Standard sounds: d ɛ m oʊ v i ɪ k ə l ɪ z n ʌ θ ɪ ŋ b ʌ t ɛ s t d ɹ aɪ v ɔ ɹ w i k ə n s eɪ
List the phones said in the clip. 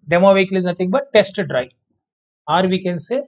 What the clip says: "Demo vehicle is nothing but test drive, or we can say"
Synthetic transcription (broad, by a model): d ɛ m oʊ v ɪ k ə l ɪ z n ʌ t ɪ ŋ b ʌ t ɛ s t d ɹ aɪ ɑ ɹ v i k ə n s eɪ